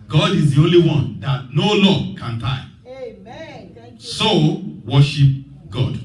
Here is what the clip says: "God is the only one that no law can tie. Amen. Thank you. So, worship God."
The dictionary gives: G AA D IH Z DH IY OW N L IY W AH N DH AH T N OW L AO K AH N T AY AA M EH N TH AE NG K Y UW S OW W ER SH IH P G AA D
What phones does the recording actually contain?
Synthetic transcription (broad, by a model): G AA D IH Z DH IY OW N L IY W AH N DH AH T N OW L AO K AH N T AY AA IH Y S OW W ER SH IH P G AA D